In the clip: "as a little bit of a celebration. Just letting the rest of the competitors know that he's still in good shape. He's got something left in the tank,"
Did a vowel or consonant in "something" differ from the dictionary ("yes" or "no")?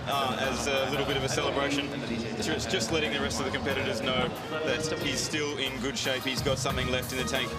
no